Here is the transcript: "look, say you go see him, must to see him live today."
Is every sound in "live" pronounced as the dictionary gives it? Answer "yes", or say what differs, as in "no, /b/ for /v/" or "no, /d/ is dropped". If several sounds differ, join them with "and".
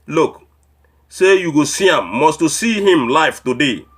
no, /f/ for /v/